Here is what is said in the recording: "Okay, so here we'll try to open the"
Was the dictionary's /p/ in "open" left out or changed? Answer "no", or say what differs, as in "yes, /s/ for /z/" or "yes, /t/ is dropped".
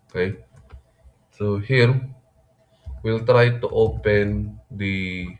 no